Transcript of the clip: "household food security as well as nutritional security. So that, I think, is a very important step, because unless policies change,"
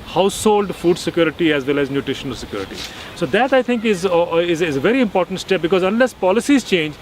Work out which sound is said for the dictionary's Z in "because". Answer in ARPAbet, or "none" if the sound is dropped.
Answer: Z